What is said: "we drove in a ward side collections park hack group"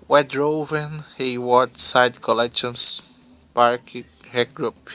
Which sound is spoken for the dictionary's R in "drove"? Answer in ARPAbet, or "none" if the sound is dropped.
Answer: R